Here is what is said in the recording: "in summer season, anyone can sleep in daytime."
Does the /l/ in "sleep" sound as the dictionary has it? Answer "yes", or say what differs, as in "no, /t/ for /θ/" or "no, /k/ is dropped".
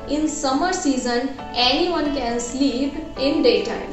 yes